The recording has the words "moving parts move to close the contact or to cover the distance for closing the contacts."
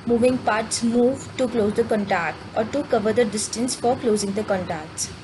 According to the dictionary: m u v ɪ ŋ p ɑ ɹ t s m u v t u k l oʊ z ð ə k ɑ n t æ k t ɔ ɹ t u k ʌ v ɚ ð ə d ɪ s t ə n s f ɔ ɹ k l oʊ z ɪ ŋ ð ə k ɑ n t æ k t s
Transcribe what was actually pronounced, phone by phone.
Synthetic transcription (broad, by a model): m u v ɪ ŋ p ɑ ɹ t s m u v t u k l oʊ z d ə k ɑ n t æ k t ɔ ɹ t u k ʌ v ɚ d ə d ɪ s t ə n s f ɔ ɹ k l oʊ z ɪ ŋ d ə k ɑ n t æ k t s